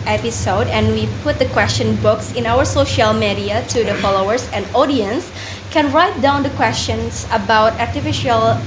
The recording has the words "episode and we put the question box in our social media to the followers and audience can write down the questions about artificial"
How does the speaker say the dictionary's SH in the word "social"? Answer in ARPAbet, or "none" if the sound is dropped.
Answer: SH